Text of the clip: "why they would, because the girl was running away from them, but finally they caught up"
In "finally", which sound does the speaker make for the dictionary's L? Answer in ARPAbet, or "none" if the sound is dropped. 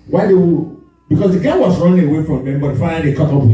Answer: none